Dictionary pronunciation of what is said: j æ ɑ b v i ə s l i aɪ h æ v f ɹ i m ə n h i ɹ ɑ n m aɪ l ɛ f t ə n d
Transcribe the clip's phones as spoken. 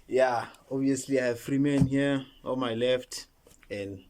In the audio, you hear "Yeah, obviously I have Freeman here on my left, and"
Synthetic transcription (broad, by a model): j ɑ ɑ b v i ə s l i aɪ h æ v f ɹ i m ə n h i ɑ l m aɪ l ɛ f t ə n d